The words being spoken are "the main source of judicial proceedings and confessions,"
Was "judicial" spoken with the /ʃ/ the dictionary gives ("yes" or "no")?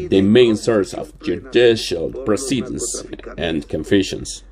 yes